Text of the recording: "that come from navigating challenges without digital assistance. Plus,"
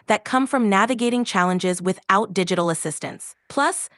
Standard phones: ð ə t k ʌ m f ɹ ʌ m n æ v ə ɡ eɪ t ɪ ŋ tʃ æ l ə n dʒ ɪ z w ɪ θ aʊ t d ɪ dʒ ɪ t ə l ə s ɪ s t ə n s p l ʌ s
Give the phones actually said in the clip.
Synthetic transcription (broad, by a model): ð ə t k ʌ m f ɹ ʌ m n æ v ə ɡ eɪ t ɪ ŋ tʃ æ l ə n dʒ ɪ z w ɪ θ aʊ t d ɪ dʒ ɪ t l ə s ɪ s t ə n s p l ʌ s